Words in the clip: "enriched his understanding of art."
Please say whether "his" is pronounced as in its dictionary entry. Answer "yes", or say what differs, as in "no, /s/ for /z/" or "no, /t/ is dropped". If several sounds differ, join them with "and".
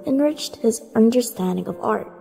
yes